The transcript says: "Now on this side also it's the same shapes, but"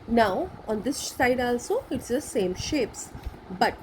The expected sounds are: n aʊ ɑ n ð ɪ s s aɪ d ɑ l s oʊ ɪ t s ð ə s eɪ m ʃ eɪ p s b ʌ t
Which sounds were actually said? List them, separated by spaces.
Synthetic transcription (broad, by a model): n aʊ ɑ n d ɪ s s aɪ d ɑ l s oʊ ɪ t s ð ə s eɪ m ʃ eɪ p s b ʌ t